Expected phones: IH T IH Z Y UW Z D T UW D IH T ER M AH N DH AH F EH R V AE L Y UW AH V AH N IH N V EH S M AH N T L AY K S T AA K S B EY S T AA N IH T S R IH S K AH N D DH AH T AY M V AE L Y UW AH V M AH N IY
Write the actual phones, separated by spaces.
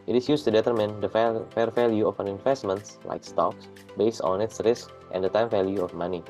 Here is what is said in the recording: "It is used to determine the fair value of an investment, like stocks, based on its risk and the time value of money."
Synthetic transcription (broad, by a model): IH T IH S Y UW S T UW D IH T ER M AH N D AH F EH R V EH L Y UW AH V AH N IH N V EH S M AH N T L AY K S T AA K S B EY S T AA N IH T S R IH S K AH N D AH T AY M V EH L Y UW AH F M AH N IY